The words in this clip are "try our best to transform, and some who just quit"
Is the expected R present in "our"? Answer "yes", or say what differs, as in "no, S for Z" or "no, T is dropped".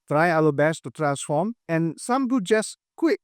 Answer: no, L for R